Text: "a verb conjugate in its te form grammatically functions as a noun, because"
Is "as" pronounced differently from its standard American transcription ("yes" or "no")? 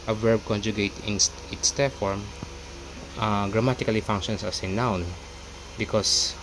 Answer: yes